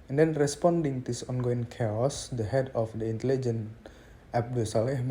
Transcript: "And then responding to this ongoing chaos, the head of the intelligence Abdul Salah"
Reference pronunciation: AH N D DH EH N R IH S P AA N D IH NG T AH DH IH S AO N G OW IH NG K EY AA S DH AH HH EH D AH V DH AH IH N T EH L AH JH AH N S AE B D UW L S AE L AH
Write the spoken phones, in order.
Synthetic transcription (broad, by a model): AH N D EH N R IH S P AA N D IH NG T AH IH S AO N G OW IH NG K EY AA S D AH HH EH D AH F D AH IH N T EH L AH JH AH N AE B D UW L S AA L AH